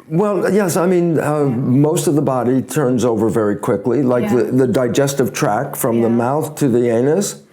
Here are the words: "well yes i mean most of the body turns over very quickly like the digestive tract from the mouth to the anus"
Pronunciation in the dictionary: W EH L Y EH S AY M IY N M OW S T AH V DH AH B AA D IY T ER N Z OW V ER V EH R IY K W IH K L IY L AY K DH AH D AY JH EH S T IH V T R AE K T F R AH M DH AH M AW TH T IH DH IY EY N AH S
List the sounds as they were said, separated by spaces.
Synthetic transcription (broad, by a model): W EH L Y EH S AY M IY N M OW S T AH V DH AH B AA D IY T ER N Z OW V ER V EH R IY K W IH K L IY L AY K DH AH D AY JH EH S T IH V T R AE K F R AH M DH AH M AW TH T IH DH IY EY N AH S